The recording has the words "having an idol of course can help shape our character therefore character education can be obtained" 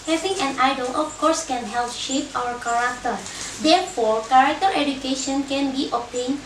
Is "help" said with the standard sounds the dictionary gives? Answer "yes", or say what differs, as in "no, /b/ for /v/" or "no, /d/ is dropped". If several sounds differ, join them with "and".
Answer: yes